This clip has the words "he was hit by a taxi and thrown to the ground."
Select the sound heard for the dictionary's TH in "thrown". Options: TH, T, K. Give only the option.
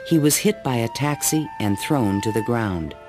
TH